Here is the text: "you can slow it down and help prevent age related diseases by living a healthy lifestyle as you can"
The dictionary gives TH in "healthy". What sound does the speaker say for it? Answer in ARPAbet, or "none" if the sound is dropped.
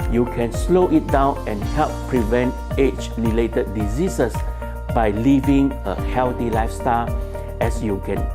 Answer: T